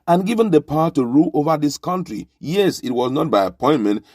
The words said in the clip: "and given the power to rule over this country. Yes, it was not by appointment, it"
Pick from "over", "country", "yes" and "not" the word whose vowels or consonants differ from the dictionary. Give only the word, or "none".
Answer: none